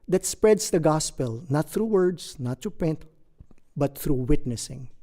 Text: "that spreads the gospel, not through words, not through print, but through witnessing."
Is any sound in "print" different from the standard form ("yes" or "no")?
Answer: yes